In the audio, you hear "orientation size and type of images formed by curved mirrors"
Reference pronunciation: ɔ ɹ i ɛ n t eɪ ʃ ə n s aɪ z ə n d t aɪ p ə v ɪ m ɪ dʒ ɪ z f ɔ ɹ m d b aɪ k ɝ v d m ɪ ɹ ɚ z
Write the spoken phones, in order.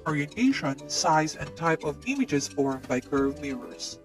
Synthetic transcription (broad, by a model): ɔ ɹ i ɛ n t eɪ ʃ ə n s aɪ z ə n t aɪ p ə v ɪ m ɪ dʒ ɪ z f ɔ ɹ m b aɪ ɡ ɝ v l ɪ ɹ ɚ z